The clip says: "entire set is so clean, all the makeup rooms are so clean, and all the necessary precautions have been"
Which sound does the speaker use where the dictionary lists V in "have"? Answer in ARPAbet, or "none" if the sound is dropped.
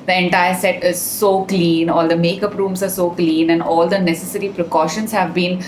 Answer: V